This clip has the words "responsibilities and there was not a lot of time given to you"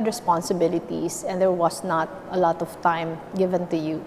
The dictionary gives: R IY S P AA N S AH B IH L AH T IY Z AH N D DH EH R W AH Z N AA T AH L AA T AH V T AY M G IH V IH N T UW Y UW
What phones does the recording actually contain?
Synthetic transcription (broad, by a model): R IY S P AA N S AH B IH L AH T IY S AH N D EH R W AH S N AA T AH L AA T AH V T AY M G IH V IH N T UW Y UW